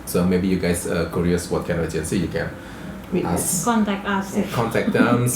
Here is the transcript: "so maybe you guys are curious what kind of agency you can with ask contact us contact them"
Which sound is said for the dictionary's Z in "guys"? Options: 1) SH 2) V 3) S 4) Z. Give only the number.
3